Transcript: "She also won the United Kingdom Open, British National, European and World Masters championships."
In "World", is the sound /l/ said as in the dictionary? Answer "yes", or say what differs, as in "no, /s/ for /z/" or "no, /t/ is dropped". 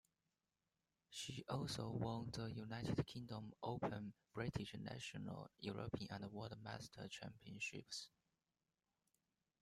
no, /l/ is dropped